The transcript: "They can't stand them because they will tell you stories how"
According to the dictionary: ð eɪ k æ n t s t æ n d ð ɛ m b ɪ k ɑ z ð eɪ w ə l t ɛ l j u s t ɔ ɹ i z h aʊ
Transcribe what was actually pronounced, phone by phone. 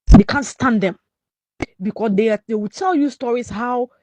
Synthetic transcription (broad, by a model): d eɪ k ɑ n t s t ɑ n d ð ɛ m b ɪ k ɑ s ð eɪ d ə w t ɛ l j u s t ɔ ɹ i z h aʊ